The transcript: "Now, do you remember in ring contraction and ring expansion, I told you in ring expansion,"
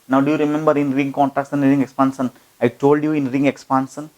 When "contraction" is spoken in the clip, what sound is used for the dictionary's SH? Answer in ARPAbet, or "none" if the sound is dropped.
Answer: S